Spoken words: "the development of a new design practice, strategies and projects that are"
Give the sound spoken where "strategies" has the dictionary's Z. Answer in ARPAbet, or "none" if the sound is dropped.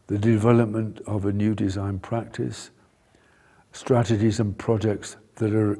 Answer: Z